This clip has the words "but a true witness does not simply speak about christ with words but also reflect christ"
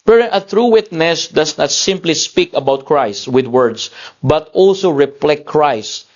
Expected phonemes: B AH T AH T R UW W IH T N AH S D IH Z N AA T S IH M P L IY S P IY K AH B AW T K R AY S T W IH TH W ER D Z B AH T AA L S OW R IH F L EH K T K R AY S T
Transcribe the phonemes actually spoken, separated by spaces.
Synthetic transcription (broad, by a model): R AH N AH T R UW W IH T N AH S D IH S N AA T S IH M P L IY S P IY K AH B AW T K R AY S T W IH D W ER D S B AH T AA L S OW R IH P L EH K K R AY S T